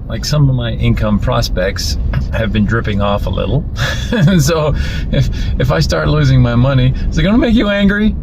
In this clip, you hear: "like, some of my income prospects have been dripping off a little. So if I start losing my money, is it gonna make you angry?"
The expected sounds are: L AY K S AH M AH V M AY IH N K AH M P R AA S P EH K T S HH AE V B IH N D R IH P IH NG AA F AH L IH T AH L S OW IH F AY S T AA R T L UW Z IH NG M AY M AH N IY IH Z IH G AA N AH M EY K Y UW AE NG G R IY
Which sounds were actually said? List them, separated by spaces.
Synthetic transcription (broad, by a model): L AY K S AH M AH V M AY IH N K AH M P R AA S P EH K T S HH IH V B IH N D R IH P IH NG AA F AH L IH T L S OW IH F AY S T AA R T L UW Z IH NG M AY M AH N IY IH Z IH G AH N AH M EY K Y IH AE NG G R IY